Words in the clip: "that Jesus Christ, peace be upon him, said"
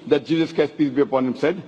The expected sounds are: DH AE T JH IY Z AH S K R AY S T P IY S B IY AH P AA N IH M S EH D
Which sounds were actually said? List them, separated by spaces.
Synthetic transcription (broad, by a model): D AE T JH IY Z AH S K EH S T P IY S B IY AH P AA N IH M S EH D